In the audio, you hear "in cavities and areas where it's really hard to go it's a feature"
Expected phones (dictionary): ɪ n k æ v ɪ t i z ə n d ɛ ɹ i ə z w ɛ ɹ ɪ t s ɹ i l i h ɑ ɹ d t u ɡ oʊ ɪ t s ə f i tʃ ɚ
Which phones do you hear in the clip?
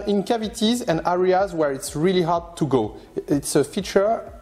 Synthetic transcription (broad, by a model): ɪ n k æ v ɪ t i z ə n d ɛ ɹ i ə z w ɛ ɹ ɪ t s ɹ i l i h ɑ ɹ d t u ɡ oʊ ɪ t s ə f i tʃ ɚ